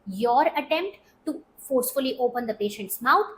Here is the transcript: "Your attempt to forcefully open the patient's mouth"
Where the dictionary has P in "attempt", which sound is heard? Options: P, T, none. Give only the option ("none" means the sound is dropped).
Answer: P